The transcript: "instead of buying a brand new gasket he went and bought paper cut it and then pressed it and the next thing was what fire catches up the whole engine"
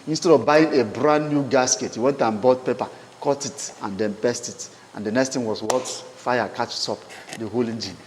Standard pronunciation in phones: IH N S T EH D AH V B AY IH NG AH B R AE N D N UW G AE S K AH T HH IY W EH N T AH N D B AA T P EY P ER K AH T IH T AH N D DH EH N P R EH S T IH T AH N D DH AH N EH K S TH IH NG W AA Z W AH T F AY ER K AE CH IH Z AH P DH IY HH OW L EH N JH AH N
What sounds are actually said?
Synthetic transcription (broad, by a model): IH N S T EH D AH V B AY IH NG AH B R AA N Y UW G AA S K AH T HH IY W EH N T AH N B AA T P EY P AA K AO T IH T AH N D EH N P EH S T IH T AH N D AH N EH K S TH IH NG W AA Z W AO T F AY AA K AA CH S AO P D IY HH OW L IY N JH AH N